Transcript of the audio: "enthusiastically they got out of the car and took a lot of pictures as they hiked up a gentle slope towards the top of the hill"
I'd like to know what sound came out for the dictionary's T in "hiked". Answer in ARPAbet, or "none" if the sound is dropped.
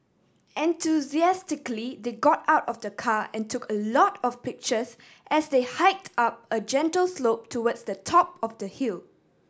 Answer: T